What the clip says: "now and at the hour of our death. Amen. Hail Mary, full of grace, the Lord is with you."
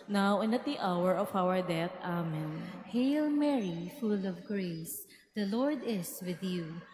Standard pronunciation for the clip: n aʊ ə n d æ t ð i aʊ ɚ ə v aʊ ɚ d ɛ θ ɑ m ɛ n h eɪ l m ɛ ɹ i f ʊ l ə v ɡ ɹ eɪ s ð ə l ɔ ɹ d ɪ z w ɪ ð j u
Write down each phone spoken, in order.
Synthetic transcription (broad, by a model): n aʊ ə n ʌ t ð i aʊ ɚ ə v aʊ ɚ d ɛ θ ɑ m ɛ n h eɪ l m ɛ ɹ i f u l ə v ɡ ɹ eɪ s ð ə l ɔ ɹ d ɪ s w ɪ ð j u